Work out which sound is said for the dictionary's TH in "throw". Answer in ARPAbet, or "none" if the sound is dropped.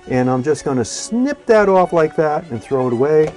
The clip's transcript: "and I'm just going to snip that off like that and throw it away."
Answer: TH